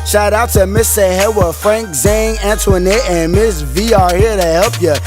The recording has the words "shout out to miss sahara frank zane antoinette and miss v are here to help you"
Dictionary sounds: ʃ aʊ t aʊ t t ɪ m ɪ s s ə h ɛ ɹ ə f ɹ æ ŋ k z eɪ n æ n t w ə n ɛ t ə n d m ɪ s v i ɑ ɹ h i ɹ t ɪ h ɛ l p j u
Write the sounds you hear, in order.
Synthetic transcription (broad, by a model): ʃ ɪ t aʊ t t ɪ m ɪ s s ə h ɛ w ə f ɹ æ ŋ k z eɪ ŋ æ n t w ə n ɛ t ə n m ɪ s v i ɑ ɹ h i ɹ t ɪ h ɛ l p j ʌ